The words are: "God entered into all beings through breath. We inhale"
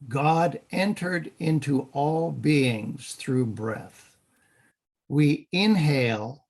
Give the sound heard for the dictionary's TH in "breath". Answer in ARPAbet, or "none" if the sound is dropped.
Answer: TH